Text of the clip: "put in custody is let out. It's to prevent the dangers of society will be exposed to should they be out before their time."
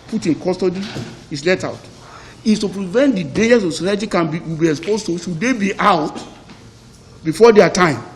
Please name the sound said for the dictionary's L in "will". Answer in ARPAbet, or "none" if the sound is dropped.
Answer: W